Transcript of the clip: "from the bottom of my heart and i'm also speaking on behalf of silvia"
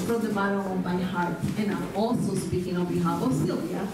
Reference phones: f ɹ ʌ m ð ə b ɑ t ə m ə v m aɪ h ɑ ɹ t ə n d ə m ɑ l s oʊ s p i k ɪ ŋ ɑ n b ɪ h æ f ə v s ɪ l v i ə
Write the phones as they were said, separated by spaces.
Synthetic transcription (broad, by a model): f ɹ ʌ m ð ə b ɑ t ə ə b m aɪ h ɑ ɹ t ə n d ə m ɑ l s oʊ s p i k ɪ ŋ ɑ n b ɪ h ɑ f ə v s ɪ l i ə